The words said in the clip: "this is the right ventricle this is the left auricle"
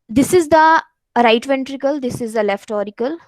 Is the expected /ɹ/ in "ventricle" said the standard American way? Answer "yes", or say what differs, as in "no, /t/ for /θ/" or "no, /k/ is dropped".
yes